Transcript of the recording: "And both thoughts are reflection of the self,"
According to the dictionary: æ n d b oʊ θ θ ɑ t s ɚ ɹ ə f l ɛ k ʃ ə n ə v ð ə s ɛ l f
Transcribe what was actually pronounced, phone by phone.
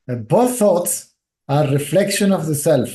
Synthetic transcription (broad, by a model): b oʊ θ θ ɑ t s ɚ ɹ ə f l ɛ k ʃ ə n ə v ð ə s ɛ l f